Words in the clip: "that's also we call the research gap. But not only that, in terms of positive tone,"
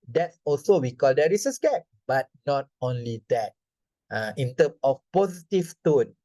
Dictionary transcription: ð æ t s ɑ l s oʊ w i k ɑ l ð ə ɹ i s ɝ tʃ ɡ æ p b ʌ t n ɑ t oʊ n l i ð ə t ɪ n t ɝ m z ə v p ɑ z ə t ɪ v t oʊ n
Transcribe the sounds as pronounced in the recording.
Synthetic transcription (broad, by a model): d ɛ t s ɑ l s oʊ w i k ɑ l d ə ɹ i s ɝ s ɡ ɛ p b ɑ t n ɑ t oʊ n l i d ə t ɪ n t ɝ m s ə f p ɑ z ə t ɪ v t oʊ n